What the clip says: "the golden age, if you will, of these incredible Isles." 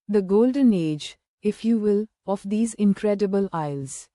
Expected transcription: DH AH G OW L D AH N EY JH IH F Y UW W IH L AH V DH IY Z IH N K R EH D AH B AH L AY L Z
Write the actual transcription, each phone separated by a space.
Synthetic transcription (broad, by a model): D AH G OW L D AH N EY JH IH F Y UW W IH L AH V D IY Z IH N K R EH D AH B AH L AY L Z